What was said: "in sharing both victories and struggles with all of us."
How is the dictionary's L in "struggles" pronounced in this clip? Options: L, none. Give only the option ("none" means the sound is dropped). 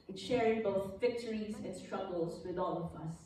L